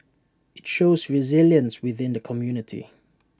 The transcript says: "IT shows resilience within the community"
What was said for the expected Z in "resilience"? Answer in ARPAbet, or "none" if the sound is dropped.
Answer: Z